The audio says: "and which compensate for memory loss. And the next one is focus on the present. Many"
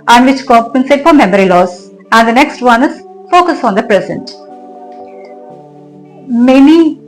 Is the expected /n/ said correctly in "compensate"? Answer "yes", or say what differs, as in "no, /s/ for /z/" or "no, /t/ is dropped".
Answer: yes